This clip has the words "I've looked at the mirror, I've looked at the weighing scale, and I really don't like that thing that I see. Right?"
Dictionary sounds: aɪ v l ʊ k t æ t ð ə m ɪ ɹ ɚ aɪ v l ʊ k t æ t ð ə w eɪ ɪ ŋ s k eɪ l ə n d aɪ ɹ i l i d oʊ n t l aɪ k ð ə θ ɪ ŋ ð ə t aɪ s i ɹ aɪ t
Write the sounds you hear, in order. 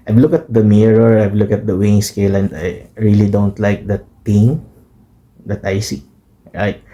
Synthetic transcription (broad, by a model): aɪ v l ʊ k ʌ t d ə m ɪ ɹ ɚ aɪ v l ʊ k ʌ t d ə w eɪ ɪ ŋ s k eɪ l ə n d aɪ ɹ i l i d oʊ n t l aɪ k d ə t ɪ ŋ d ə t aɪ s i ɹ aɪ t